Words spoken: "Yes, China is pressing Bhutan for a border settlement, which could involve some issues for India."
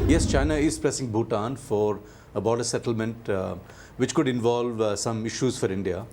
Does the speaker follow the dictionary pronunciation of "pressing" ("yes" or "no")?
yes